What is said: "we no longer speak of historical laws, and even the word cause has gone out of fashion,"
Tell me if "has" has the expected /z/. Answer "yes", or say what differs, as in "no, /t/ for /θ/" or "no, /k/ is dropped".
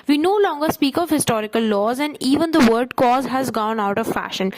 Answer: yes